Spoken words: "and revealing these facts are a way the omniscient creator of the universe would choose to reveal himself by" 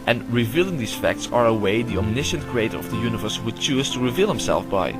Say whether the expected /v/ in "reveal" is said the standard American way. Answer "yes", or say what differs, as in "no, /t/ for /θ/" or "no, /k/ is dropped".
yes